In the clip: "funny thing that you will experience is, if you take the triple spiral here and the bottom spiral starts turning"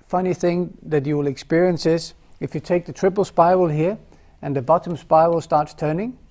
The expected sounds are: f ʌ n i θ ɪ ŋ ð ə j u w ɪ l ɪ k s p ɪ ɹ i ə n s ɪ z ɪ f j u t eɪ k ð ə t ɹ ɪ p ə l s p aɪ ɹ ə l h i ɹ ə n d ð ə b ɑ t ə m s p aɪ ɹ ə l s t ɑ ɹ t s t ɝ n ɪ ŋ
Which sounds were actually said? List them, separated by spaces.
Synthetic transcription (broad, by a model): f ʌ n i θ ɪ ŋ ð ə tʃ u w ɪ l ɪ k s p ɪ ɹ i ə n s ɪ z ɪ f j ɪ t eɪ k ð ə t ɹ ɪ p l s p aɪ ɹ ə l h i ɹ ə n ð ə b ɑ t ə m s p aɪ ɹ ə l s t ɑ ɹ t s t ɝ n ɪ ŋ